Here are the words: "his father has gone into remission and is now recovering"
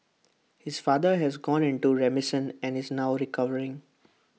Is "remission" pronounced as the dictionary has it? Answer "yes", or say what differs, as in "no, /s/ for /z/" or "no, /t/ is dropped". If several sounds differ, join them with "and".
no, /s/ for /ʃ/